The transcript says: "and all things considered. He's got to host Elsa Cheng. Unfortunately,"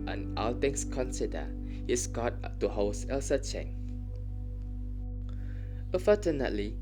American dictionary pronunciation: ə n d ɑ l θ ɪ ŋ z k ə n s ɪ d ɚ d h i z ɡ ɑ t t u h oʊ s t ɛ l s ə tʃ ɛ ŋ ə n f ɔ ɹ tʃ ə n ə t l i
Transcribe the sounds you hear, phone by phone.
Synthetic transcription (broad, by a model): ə n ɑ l t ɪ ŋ s k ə n s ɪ d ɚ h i s ɡ ɑ t t u h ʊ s ɛ l s ə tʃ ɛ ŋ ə f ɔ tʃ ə n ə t l i